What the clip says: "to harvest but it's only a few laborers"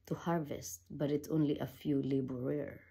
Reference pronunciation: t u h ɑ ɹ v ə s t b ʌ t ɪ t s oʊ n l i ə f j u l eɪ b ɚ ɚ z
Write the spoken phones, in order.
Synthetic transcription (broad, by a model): t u h ɑ ɹ v ə s t b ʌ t ɪ t s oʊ n l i ə f j u l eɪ b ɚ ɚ